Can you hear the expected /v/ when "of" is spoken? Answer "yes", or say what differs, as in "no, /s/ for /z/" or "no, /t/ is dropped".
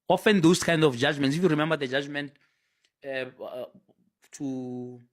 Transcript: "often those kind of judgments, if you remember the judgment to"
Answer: no, /f/ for /v/